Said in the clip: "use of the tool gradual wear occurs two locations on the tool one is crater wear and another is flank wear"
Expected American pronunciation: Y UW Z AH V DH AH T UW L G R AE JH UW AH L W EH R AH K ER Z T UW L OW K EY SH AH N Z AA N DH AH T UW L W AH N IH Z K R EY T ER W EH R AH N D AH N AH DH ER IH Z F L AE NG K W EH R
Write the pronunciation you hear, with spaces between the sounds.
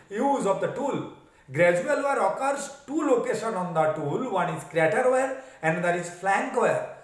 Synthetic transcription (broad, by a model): Y UW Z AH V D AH T UW L G R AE JH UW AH L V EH R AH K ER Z T UW L OW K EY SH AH N AA N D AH T UW L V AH N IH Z K R EY T ER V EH R AH N D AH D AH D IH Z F L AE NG K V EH R